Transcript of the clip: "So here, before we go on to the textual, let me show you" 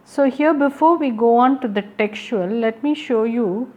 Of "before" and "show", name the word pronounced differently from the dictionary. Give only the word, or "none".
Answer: none